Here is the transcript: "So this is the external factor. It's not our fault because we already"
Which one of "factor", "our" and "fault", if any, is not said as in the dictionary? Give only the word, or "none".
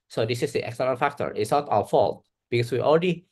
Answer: none